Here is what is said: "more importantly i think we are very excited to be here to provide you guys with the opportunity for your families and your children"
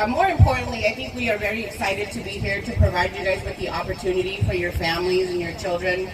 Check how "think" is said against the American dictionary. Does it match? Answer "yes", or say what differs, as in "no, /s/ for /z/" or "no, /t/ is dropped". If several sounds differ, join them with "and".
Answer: yes